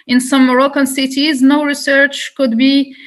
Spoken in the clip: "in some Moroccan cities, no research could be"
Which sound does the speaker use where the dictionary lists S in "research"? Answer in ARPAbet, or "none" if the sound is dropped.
S